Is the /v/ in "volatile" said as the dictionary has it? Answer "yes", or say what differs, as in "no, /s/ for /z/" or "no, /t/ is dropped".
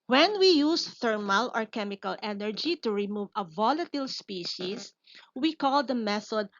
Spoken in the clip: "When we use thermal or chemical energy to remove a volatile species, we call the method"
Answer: yes